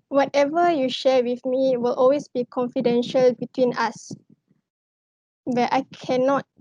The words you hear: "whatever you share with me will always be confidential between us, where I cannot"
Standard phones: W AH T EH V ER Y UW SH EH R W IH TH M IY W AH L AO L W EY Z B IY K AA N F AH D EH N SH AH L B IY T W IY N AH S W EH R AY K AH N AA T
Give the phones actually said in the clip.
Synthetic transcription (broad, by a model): W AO T EH V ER Y UW SH EH W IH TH M IY W AH L AO L W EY S B IY K AA N F AH D EH N SH AH L B IY T W IY N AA S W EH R AY K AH N AA T